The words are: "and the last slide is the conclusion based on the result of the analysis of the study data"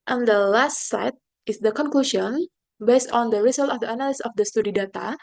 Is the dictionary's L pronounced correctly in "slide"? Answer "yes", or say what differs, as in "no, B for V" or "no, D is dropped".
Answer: no, L is dropped